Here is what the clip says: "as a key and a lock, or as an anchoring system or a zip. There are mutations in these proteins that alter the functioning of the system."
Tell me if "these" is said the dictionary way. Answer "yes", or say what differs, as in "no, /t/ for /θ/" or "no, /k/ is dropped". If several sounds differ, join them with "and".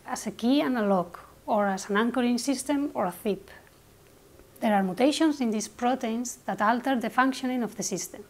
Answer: no, /s/ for /z/